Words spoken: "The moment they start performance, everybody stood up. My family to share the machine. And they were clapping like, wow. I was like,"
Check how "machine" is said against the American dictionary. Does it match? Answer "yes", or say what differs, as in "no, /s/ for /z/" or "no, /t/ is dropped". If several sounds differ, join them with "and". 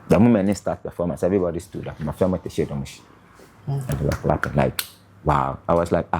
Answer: no, /n/ is dropped